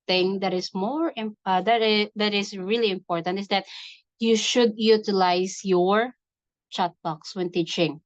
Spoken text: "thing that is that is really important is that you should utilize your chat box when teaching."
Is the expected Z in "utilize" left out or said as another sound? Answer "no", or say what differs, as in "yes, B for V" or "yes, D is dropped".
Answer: yes, S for Z